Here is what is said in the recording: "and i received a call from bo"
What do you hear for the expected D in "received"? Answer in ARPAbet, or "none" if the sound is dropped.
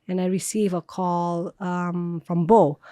none